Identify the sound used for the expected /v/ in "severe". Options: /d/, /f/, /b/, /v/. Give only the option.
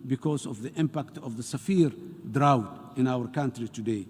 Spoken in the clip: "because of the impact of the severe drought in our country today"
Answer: /f/